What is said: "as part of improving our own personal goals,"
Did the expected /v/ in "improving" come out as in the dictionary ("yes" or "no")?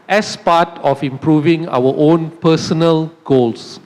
yes